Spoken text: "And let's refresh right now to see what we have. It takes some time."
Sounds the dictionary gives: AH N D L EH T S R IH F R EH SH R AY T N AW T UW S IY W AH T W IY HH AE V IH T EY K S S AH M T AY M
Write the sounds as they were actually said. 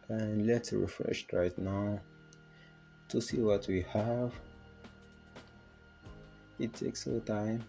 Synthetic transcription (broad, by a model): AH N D L EH T S R IH F R EH SH R AY T N AW T UW S IY W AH T W IY HH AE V IH T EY K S S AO T AY M